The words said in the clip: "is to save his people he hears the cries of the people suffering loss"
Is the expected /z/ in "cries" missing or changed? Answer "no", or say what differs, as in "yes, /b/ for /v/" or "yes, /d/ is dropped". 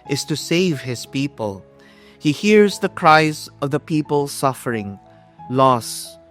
no